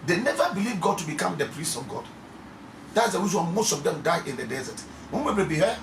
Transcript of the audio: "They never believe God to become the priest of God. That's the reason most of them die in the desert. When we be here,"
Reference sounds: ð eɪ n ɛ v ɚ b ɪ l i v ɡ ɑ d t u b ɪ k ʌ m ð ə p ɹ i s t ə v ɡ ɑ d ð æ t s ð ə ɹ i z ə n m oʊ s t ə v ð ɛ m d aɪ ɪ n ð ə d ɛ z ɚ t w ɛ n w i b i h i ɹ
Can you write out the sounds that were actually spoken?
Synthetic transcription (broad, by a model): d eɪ n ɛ v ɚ b ɪ l i v ɡ ɑ d t u b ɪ k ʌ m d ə p ɹ i s t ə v ɡ ɑ d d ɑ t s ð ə w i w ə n m oʊ s t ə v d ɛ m d aɪ ɪ n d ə d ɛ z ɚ t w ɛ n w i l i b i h